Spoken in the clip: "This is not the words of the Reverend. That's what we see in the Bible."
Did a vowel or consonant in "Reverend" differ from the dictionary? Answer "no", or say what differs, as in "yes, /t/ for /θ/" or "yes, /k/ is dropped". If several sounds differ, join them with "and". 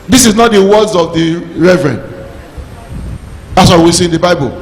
no